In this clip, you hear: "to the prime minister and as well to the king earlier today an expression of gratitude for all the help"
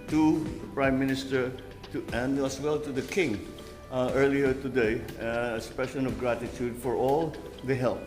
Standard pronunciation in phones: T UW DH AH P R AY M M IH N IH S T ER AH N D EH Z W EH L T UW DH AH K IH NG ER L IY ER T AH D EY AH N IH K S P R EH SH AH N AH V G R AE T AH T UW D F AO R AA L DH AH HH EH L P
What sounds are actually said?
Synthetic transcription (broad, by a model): T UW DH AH P R AY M M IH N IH S T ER AH N D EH S W EH L T UW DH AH K IH NG ER L IY ER T AH D EY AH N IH S P EH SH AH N AH V G R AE T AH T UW D F AO R AA L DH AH HH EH L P